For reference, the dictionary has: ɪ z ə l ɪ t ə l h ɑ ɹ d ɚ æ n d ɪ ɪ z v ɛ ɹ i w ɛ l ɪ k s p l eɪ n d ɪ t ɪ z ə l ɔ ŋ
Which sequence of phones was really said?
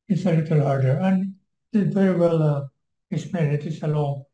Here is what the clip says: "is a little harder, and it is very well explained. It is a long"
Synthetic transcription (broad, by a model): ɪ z ə l ɪ t ə l h ɑ ɹ d ɚ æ n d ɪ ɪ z v ɛ ɹ i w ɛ l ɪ s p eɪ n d ɪ t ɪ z ə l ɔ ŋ